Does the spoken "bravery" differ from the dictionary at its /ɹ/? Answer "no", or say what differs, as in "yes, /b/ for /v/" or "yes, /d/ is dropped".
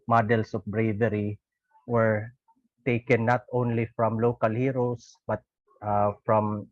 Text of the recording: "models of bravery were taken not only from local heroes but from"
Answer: no